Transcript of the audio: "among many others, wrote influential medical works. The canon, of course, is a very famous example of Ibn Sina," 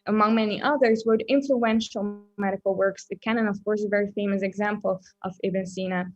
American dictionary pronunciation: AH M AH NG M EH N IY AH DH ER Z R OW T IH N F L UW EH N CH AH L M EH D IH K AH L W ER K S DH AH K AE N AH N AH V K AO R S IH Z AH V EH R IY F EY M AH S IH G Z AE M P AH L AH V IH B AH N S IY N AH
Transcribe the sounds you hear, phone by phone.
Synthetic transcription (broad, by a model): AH M AH NG M EH N IY AH DH ER Z W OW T IH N F L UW EH N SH L M EH D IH K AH L W ER K S DH AH K AE N AH N AH V K AO R S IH AH V EH R IY F EY M AH S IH G Z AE M P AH L AH V IH B AH N S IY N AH